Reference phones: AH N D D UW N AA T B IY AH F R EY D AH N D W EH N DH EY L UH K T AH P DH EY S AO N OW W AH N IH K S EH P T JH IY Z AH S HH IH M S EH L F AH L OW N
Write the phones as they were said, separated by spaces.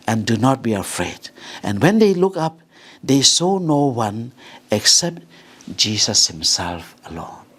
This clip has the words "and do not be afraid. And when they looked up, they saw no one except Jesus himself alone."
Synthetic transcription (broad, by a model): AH N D D UW N AA T B IY AH F R EY D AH N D W EH N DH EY L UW K AH P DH EY S AO N OW W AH N IH K S EH P T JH IY S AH S HH IH M S EH L F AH L OW N